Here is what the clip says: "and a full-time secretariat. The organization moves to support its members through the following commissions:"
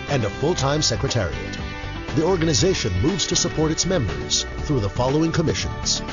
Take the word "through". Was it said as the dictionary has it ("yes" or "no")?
yes